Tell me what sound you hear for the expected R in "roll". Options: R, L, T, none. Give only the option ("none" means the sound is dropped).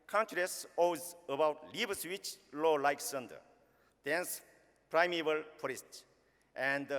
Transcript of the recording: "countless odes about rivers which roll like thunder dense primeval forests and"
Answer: L